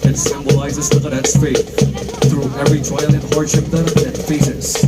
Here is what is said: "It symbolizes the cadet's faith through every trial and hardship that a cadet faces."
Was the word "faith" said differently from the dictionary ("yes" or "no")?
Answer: yes